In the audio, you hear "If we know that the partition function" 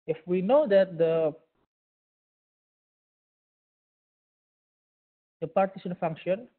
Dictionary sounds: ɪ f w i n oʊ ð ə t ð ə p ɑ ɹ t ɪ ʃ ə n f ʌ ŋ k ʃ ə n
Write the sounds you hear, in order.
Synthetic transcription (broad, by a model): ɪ f w i n oʊ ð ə t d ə p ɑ ɹ t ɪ s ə n f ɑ ŋ k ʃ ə n